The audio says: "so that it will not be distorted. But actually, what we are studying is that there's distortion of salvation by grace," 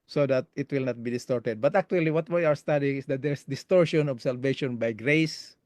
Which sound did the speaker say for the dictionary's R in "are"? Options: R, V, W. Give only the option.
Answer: W